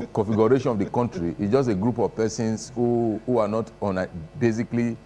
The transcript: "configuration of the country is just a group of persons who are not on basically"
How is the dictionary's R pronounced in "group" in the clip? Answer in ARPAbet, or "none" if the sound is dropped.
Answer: R